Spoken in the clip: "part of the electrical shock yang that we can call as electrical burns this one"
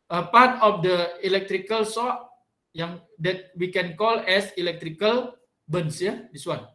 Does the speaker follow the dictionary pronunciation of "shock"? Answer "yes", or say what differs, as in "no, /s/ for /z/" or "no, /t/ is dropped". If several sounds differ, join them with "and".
no, /s/ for /ʃ/